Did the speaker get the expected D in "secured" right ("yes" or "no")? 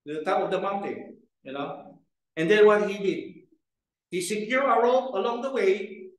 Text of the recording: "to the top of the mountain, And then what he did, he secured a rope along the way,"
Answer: no